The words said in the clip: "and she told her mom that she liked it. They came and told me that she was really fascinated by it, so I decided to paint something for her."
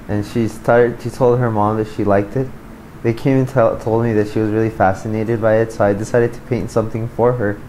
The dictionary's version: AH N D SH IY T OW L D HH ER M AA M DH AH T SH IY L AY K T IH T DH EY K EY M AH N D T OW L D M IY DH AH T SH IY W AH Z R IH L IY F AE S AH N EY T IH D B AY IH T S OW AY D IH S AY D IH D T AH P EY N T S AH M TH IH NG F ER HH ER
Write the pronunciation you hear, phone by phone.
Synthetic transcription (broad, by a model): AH N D SH IY T OW L D HH ER M AA M DH AH T SH IY L AY K T IH T DH EY K EY M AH N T T OW L D M IY DH AH T SH IY W AH Z R IH L IY F AE S AH N EY T IH D B AY IH T S OW AY D IH S AY D IH D T AH P EY N T S AH M TH IH NG F ER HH ER